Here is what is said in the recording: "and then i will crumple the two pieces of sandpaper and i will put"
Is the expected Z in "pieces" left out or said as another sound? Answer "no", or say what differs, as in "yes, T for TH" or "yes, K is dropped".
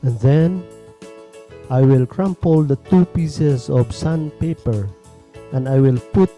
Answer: yes, S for Z